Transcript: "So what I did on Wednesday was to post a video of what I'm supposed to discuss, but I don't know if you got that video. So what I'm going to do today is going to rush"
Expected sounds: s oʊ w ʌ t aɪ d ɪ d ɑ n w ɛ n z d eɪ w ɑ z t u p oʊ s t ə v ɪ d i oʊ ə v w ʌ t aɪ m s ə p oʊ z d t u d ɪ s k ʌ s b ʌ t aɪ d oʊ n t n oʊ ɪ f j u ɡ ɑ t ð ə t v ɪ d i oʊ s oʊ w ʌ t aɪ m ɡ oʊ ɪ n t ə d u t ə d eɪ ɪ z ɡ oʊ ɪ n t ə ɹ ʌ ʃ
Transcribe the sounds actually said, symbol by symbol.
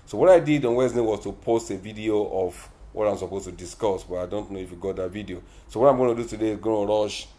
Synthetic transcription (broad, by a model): s oʊ w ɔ t aɪ d ɪ d ɑ n w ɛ z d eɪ w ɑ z t u p oʊ s t ə v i d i oʊ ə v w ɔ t aɪ m s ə p oʊ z t u d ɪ s k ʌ s b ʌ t aɪ d oʊ n t n oʊ ɪ f j u ɡ ɑ t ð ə t v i d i oʊ s oʊ w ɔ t aɪ m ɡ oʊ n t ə d u t ə d eɪ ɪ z ɡ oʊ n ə ɹ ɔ ʃ